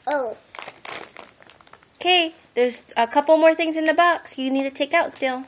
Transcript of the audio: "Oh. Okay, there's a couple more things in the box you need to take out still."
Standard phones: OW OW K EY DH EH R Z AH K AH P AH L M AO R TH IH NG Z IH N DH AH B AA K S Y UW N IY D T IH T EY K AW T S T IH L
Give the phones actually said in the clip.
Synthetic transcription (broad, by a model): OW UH K EY DH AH R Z AH K AH P L M AO R TH IH NG Z IH N DH AH B AA K S Y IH N IY D T IH T EY K AW T S T IH L